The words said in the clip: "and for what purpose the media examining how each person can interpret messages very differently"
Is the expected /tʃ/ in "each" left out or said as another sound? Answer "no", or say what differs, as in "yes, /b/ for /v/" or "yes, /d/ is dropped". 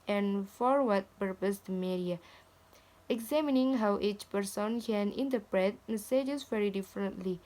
no